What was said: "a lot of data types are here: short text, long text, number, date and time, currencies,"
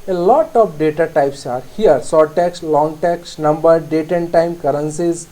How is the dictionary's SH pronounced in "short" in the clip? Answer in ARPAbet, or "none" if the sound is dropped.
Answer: S